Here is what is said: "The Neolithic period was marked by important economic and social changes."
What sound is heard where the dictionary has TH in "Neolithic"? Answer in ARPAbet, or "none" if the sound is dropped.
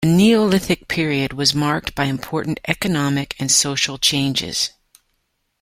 TH